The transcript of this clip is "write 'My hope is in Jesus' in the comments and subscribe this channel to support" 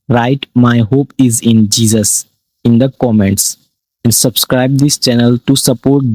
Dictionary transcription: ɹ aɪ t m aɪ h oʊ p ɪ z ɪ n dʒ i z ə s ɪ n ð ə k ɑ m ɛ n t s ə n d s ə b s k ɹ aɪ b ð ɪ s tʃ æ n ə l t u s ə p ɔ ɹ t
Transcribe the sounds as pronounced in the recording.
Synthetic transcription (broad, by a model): ɹ aɪ t m aɪ h oʊ p ɪ z ɪ n dʒ i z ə s ɪ n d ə k ɑ m ɛ n t s ə n d s ə b s k ɹ aɪ b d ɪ s tʃ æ n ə l t u s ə p ɔ ɹ t